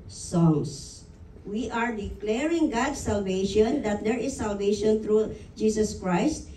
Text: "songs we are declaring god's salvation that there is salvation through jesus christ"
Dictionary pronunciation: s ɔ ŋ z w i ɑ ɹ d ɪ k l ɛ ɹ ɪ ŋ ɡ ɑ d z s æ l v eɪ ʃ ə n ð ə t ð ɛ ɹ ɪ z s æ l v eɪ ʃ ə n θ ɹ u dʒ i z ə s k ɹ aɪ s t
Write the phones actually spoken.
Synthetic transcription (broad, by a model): s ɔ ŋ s w i ɑ ɹ d ɪ k l ɛ ɹ ɪ ŋ ɡ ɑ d s æ l v eɪ ʃ ə n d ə t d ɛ ɹ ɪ s æ l v eɪ ʃ ə n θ ɹ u dʒ i s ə s k ɹ aɪ s t